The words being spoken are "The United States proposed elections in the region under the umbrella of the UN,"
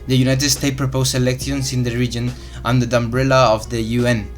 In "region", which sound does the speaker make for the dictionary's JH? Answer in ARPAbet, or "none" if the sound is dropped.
JH